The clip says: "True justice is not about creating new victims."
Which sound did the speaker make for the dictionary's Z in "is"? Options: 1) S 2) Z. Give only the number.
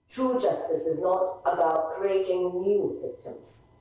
2